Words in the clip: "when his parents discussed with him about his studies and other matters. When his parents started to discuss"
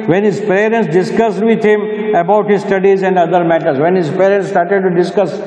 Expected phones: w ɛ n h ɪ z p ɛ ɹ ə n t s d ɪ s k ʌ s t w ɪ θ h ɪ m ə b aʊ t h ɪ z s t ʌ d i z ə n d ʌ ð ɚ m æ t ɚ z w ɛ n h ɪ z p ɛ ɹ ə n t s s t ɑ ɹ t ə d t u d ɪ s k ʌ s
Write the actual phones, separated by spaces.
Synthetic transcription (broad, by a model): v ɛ n h ɪ z p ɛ ɹ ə n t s d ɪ s k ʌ s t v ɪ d h ɪ m ə b aʊ t h ɪ z s t ʌ d i z ə n d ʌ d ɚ m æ t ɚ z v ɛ n h ɪ z p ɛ ɹ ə n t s s t ɑ ɹ t ə d t u d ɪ s k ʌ s